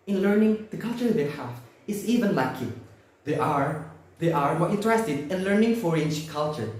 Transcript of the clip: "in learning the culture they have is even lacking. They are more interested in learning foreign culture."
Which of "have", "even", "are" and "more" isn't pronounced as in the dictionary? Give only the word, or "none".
have